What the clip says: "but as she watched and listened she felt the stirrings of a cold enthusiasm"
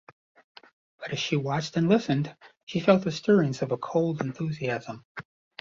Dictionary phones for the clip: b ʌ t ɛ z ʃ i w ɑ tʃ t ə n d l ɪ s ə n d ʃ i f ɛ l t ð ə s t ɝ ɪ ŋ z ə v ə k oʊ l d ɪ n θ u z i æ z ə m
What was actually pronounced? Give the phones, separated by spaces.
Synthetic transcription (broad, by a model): b ʌ t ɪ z ʃ i w ɑ tʃ t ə n l ɪ s ə n d ʃ i f ɛ l t ð ə s t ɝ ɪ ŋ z ə v ə k oʊ l d ɪ n θ u z i æ z ə m